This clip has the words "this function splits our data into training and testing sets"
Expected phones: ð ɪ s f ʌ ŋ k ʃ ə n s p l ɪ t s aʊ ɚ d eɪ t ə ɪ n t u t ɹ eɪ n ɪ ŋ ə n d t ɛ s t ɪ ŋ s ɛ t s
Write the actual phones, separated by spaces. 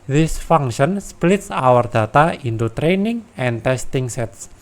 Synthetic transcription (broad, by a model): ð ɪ s f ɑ ŋ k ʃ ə n s p l ɪ t s aʊ ɚ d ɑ t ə ɪ n t u t ɹ eɪ n ɪ ŋ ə n t ɛ s t ɪ ŋ s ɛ t s